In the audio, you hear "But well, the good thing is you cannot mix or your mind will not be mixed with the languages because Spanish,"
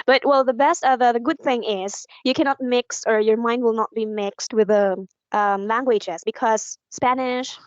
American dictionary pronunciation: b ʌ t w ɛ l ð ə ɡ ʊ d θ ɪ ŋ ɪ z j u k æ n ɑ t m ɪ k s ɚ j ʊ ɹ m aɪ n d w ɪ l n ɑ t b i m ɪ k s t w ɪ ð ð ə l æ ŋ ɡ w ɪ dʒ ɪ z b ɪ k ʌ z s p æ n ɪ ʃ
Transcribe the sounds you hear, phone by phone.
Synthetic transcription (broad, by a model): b ʌ t w ɛ l ð ə ɡ ʊ d θ ɪ ŋ ɪ z j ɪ k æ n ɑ t m ɪ k s ɚ j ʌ ɹ m aɪ n d w ɪ l n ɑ t b i m ɪ k s t w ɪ ð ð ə l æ ŋ ɡ w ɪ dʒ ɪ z b ɪ k ʌ z s p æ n ɪ ʃ